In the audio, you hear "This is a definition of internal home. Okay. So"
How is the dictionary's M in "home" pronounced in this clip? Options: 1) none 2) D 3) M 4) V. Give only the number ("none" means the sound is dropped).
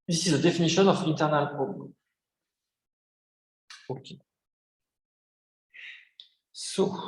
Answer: 1